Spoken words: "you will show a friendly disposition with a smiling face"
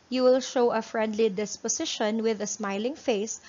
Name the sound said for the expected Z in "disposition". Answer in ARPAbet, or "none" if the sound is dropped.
S